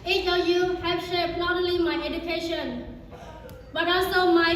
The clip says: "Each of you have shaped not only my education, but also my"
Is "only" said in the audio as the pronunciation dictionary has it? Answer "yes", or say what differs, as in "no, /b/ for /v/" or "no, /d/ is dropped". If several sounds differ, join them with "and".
no, /n/ is dropped